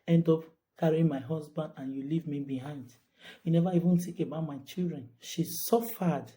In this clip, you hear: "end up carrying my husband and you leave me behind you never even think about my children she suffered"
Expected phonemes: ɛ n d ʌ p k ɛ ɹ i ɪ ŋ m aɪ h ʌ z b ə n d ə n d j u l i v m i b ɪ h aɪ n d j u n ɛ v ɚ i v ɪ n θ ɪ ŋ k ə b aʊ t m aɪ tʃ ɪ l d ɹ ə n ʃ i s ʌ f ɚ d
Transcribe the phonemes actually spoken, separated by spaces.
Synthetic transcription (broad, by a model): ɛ n d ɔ p k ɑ ɹ i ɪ m aɪ h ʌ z b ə n d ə n j u l i v m i b ɪ h aɪ n d j u n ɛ v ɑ i v ɪ n t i k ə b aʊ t m aɪ tʃ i l d ɹ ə n ʃ i s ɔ f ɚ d